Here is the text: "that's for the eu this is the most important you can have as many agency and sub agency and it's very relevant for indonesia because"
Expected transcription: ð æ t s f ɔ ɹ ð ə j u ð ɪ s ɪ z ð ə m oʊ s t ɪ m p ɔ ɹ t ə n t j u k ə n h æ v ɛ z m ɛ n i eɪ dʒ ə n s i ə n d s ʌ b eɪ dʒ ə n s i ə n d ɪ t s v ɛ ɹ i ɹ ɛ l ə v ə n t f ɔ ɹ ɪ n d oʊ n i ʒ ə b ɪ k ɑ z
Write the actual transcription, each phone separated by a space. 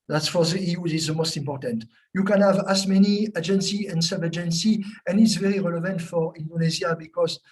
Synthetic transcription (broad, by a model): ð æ t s f ɔ ɹ ð ə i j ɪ ɪ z ð ə m oʊ s t ɪ m p ɔ ɹ t ə n t j u k ə n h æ v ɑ s m ɛ n i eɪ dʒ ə n s i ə n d s ʌ b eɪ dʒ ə n s i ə n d ɪ t s v ɛ ɹ i ɹ ɛ l ə v ə n t f ɔ ɹ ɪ n d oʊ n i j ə b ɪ k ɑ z